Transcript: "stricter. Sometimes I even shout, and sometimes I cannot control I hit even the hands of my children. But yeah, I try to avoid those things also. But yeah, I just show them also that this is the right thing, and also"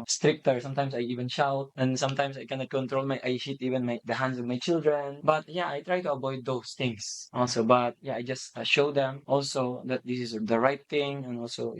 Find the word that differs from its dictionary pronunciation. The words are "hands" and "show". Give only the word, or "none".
hands